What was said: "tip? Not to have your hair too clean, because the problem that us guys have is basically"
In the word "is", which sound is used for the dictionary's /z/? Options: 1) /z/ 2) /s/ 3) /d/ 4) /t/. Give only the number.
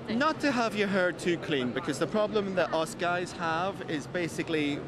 1